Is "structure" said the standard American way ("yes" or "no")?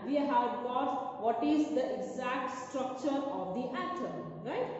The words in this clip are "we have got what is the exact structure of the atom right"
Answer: yes